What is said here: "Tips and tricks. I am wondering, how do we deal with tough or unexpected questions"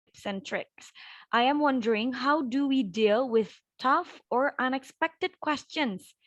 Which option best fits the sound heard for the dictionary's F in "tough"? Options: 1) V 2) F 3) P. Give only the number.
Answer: 2